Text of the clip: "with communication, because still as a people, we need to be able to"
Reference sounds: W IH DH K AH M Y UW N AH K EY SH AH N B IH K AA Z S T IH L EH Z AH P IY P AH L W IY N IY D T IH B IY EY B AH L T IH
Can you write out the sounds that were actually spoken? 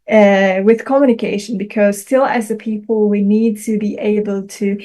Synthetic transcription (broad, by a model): W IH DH K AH M Y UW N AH K EY SH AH N B IH K AA Z S T IH L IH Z AH P IY P AH L W IY N IY D T IH B IY EY B AH L T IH